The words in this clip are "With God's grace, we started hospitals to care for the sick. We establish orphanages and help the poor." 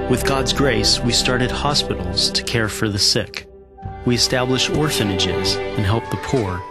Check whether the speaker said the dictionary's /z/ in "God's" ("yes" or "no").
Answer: yes